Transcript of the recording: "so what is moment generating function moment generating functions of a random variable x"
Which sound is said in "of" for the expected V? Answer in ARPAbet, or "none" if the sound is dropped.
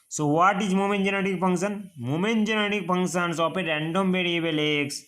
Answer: P